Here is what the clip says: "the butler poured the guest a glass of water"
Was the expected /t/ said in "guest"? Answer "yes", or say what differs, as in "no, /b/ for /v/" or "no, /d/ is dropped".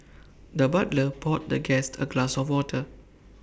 yes